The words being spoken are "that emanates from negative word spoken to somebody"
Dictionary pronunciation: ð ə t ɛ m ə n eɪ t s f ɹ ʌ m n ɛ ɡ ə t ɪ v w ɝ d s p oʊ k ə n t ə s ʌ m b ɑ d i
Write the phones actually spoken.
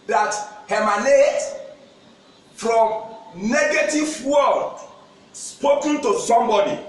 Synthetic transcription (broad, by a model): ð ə t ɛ m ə n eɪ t f ɹ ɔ m n ɛ ɡ ə t ɪ v w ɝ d s p oʊ k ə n t ə s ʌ m b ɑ d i